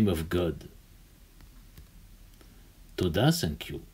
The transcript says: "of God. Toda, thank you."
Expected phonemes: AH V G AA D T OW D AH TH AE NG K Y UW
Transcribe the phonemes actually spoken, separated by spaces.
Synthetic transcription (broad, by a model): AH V G AA D T OW D AH S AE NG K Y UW